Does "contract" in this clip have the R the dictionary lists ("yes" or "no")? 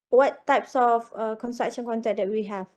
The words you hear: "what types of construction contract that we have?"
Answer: no